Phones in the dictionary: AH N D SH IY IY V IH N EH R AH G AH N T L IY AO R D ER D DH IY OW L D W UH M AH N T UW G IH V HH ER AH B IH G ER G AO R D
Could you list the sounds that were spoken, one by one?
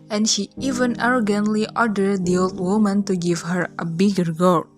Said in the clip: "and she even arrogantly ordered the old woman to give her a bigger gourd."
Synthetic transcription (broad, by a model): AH N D SH IY IY V IH N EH R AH G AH N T L IY AO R D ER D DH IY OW L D W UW M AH N T UW G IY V HH ER AH B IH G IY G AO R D